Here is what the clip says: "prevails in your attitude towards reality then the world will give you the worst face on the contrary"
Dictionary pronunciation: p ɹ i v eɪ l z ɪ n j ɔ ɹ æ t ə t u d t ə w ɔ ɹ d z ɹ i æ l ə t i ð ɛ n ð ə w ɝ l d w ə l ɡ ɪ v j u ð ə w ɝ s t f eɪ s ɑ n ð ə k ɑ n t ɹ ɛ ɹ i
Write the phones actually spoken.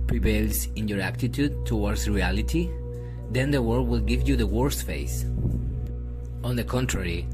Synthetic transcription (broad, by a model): p ɹ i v eɪ l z ɪ n j ɔ ɹ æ t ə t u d t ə w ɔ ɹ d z ɹ i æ l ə t i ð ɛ n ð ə w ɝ d w ə l ɡ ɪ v j u ð ə w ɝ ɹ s f eɪ s ɑ n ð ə k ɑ n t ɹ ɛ ɹ i